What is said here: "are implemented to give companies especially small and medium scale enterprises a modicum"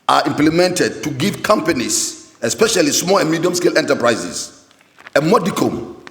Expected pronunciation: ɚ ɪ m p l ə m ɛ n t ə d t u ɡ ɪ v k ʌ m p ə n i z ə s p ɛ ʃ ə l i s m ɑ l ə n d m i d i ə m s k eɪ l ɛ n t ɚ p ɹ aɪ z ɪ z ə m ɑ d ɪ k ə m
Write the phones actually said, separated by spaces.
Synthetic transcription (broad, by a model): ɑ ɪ m p l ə m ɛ n t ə d t u ɡ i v k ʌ m p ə n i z ə s p ɛ ʃ ə l i s m ɑ l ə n m i d i ə m s k eɪ l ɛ n t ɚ p ɹ aɪ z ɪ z ə m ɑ d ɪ k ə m